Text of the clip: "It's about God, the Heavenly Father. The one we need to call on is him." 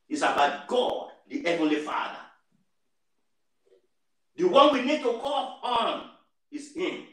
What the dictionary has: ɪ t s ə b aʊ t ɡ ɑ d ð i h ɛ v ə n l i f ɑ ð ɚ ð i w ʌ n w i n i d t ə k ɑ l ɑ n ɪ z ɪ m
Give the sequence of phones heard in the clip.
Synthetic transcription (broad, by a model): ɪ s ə b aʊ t ɡ ɑ d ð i h ɛ v ə n l i f ɑ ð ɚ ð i w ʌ n w i n i d t ə k ɑ l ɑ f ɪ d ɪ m